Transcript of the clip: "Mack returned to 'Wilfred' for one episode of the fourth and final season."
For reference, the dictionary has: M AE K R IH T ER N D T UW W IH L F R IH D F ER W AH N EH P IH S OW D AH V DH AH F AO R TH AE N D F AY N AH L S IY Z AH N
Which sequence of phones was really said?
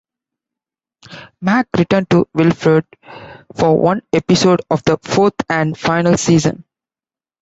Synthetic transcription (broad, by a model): M AE K R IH T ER N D T UW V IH L F R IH D F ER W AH N EH P IH S OW D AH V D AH F AO R T AE N D F AY N AH L S IY Z AH N